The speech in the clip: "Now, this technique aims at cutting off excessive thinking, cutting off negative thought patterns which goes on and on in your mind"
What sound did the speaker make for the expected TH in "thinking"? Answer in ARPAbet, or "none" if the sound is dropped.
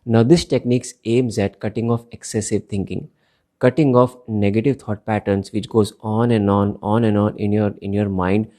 T